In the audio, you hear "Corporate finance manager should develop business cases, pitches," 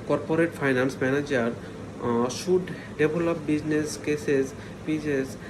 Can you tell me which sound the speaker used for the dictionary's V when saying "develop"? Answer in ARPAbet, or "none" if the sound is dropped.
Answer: B